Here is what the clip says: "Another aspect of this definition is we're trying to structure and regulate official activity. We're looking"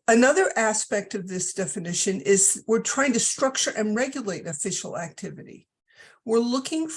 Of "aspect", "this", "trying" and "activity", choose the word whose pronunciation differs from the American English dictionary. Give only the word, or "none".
none